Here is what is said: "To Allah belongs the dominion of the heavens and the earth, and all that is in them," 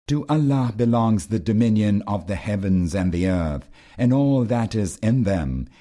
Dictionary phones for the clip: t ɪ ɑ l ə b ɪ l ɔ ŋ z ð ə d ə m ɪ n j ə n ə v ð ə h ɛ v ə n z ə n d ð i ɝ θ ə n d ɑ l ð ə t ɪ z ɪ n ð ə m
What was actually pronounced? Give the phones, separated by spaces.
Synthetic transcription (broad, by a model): t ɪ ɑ l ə b ɪ l ɔ ŋ z ð ə d ə m ɪ n j ə n ə v ð ə h ɛ v ə n z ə n ð i ɝ θ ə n ɑ l ð ə t ɪ z ɪ n ð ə m